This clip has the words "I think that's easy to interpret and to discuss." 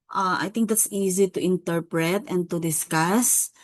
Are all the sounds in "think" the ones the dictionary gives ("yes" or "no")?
no